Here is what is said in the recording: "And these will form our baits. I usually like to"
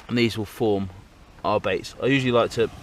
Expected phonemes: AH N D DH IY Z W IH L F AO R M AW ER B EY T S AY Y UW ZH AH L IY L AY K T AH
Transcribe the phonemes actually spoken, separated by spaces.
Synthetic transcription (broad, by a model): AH N DH IY Z W IH L F AO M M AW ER B EY T S AY Y UW ZH AH L IY L AY K T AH